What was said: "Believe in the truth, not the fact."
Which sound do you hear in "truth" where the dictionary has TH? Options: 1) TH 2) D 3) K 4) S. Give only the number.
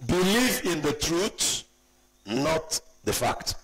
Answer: 4